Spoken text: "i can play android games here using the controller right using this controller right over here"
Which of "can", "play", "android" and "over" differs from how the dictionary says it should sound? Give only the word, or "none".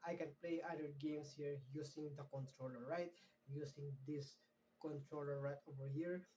android